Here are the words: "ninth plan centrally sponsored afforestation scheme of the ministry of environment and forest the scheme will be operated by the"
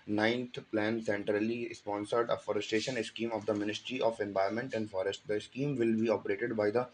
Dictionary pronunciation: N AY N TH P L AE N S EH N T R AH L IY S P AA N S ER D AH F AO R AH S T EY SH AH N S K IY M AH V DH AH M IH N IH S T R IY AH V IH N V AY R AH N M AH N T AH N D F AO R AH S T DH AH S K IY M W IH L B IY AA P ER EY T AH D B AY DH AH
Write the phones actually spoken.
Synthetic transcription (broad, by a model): N AY N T P L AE N S EH N T R AH L IY S P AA N S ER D AH F AO R AH S T EY SH AH N S K IY M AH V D AH M IH N IH S T R IY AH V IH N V AY AH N M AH N T AH N D F AO R AH S T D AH S K IY M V IH L B IY AA P ER EY T AH D B AY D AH